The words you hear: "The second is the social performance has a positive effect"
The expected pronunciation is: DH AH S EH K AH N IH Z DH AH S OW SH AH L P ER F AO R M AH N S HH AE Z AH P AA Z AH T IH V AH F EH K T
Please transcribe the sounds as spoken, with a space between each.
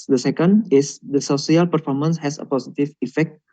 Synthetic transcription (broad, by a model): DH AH S EH K AH N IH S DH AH S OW S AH L P ER F AO R M AH N S HH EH S AH P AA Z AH T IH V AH F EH K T